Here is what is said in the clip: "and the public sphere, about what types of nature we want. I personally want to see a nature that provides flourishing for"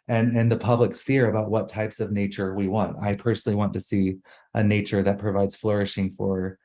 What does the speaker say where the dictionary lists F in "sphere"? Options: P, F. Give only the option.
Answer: F